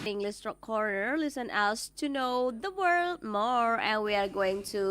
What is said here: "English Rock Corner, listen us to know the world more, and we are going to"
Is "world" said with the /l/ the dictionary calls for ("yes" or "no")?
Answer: yes